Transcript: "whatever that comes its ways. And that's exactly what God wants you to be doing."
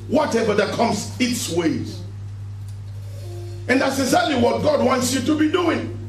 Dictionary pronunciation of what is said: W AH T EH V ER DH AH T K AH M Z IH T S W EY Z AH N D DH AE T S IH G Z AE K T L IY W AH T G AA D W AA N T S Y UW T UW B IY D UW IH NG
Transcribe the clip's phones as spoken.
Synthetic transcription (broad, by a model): W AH T EH V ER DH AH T K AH M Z IH T S W EY Z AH N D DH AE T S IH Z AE L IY W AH T G AA D W AA N T S Y UW T UW B IY D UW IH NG